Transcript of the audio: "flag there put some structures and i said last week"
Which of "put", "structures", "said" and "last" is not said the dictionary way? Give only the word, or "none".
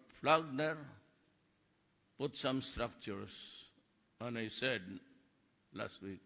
structures